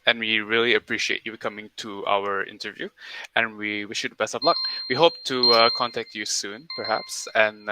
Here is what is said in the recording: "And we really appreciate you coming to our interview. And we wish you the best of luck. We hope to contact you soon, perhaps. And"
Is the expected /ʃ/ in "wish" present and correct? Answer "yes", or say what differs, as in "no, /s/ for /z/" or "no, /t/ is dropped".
yes